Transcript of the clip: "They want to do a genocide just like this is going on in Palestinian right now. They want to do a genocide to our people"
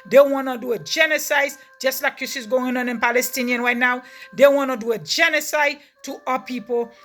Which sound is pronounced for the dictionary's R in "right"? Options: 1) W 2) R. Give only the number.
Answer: 2